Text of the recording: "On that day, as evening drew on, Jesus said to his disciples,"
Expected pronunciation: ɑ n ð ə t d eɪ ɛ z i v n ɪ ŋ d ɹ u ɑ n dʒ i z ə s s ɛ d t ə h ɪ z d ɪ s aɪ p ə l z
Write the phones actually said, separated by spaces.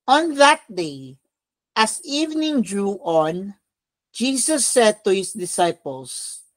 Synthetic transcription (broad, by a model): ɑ n ð ə t d eɪ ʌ s i v n ɪ ŋ d ɹ u ɑ n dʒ i s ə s s ɛ d t ə h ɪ s d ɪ s aɪ p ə l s